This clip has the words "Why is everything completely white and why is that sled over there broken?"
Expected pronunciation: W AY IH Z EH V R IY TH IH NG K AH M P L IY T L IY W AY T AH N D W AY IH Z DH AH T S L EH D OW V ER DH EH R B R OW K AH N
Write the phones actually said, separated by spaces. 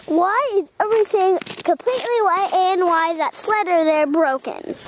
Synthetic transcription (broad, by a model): W AY IH Z EH V R IY TH IH NG K AH M P L IY T L IY W AY T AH N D W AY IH DH AH T S L EH D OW ER DH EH R B R OW K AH N